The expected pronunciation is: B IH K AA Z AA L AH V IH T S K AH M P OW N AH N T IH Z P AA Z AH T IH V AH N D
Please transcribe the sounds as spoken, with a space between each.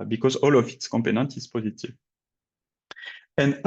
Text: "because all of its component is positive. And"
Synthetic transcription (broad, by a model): B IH K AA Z AA L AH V IH T S K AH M P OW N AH N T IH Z P AA Z AH T IH V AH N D